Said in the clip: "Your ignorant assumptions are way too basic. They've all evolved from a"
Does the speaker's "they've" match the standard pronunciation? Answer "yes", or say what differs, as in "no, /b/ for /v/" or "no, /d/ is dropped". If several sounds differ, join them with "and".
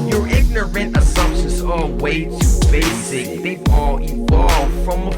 no, /v/ is dropped